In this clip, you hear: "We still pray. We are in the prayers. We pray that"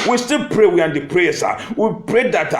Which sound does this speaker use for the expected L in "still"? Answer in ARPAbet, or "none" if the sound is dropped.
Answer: L